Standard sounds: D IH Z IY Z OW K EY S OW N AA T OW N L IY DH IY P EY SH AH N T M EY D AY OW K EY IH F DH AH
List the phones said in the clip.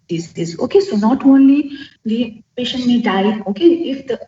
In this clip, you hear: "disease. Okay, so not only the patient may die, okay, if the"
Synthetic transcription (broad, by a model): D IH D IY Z OW K EY S OW N AA T OW N L IY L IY P EY SH AH N T M EY D AY OW K EY IH F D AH